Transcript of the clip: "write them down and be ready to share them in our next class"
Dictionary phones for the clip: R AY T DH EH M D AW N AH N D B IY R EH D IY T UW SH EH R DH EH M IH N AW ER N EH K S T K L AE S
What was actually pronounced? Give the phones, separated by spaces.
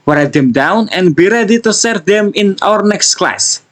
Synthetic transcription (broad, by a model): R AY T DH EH M D AW N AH N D B IY R EH D IY T UW S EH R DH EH M IH N AW ER N EH K S T K L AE S